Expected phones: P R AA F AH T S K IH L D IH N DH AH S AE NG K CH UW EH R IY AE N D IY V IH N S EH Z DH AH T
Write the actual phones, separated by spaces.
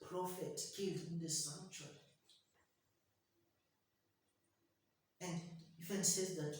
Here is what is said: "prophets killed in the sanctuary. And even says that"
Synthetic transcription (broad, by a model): P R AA F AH T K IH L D IH N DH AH S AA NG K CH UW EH N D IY F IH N S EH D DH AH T